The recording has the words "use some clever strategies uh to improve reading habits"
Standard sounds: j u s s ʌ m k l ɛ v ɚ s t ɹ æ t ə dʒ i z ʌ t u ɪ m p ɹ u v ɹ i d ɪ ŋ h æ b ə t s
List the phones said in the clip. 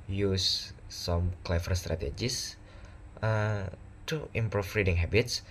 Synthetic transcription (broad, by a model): j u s s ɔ m k l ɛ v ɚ s t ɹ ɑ t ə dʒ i s ʌ t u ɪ m p ɹ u f ɹ i d ɪ ŋ h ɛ b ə t s